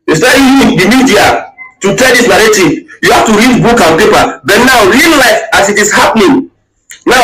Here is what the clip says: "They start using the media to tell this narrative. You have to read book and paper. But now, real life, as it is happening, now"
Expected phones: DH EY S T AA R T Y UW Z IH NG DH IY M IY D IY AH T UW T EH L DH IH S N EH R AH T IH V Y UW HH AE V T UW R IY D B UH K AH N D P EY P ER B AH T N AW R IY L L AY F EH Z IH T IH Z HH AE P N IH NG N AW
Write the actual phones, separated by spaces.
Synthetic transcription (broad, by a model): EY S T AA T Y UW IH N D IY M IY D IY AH T UW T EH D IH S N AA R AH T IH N Y UW HH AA F T UW R IY D B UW K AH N P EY P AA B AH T N AW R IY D L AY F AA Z IH T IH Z HH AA P N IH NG N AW